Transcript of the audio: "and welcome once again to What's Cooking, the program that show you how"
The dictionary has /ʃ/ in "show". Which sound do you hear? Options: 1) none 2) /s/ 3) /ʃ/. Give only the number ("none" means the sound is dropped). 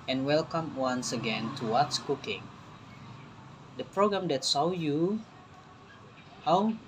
2